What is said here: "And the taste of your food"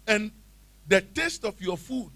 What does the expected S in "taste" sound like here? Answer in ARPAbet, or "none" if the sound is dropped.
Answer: S